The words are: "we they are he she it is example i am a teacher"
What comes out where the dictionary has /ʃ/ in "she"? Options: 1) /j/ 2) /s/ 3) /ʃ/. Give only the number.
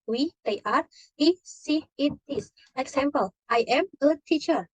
2